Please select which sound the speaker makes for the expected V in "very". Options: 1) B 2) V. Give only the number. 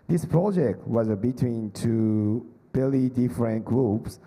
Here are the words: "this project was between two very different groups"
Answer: 1